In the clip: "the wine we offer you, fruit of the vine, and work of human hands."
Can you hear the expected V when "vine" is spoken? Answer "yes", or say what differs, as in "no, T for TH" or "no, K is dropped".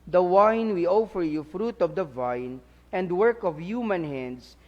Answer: yes